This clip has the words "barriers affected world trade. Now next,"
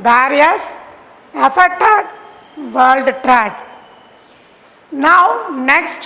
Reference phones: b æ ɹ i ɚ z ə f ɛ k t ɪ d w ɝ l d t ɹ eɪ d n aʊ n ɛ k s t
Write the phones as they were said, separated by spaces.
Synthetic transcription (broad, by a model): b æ ɹ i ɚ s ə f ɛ t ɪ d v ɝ l d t ɹ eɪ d n aʊ n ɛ k s t